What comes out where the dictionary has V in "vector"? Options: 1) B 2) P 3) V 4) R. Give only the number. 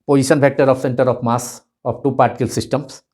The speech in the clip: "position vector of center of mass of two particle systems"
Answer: 1